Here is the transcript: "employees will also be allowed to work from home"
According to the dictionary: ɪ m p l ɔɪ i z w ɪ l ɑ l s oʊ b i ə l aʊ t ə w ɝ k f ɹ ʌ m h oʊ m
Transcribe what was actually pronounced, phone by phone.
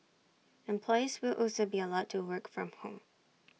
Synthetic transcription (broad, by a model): ɪ m p l ɔɪ i z w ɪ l ɑ l s oʊ b i ə l aʊ t ə w ɝ k f ɹ ʌ m h oʊ m